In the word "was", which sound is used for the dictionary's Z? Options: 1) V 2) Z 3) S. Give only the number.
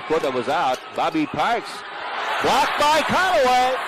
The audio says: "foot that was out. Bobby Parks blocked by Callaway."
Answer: 2